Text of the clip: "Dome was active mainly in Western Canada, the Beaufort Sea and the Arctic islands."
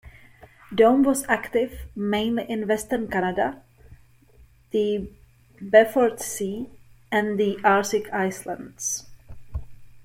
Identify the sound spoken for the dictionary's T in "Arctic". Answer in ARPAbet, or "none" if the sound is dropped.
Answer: S